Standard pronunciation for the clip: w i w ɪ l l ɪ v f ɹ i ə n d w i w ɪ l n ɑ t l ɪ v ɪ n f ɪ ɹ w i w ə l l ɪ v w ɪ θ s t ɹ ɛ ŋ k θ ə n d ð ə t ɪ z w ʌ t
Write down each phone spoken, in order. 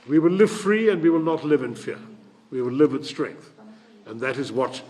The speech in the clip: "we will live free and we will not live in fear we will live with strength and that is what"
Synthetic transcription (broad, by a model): w i w ɪ l l ɪ v f ɹ i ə n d w i w ɪ l n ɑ t l ɪ v ɪ n f ɪ ɹ w i w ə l l ɪ v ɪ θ s t ɹ ɛ ŋ k θ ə n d ð ə t ɪ z w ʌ t